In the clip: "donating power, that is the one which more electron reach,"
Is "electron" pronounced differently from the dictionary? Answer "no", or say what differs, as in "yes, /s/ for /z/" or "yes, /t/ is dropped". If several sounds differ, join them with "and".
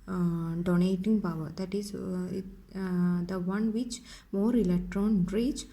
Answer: no